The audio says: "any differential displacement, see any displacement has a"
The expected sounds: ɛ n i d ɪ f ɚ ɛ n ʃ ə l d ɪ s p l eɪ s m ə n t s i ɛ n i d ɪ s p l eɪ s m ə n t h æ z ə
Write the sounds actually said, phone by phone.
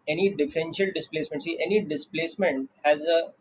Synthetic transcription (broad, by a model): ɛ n i d ɪ f ɚ ɛ n ʃ ə l d ɪ s p l eɪ s m ə n t s i ɛ n i d ɪ s p l eɪ s m ə n t h æ z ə